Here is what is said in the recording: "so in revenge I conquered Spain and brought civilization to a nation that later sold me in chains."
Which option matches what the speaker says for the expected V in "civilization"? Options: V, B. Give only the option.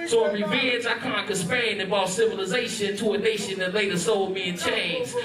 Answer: V